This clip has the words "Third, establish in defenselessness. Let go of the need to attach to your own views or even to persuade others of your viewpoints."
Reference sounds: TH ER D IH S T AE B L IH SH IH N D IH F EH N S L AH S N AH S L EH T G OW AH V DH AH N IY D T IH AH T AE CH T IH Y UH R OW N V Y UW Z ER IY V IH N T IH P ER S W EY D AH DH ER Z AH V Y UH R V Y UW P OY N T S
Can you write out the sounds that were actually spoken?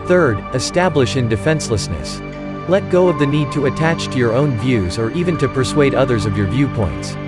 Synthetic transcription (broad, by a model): TH ER D IH S T AE B L IH SH IH N D IH F EH N S L AH S N AH S L EH T G OW AH V DH AH N IY D T IH AH T AE CH T IH Y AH R OW N V Y UW Z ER IY V IH N T IH P ER S W EY D AH DH ER Z AH V Y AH R V Y UW P OY N T S